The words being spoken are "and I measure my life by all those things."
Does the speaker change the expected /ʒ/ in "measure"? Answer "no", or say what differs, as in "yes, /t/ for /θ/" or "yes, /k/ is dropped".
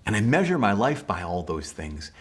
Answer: no